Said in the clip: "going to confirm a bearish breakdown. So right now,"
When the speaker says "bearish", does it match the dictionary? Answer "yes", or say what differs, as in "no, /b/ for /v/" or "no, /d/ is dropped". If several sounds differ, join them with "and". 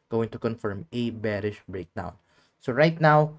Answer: yes